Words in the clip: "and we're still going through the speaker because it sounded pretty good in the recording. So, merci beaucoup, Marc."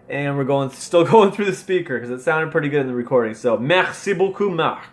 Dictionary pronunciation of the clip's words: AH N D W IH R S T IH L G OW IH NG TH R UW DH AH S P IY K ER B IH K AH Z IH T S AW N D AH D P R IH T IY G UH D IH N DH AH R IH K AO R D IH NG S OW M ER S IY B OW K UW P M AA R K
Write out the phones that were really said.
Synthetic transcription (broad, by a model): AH N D W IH R S T IH L G OW IH NG TH R UW DH AH S P IY K ER K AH Z IH T S AW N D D P R IH T IY G UH D IH N DH AH R IH K AO R D IH NG S OW M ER S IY B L K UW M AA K